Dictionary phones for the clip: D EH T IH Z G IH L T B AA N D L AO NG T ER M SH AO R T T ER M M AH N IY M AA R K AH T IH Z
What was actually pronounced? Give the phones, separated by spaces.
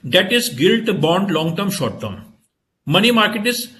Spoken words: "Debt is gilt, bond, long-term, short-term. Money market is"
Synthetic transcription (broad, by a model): D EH T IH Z G IH L T B AA N D L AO NG T ER M SH AO R T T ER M M AH N IY M AA R K AH T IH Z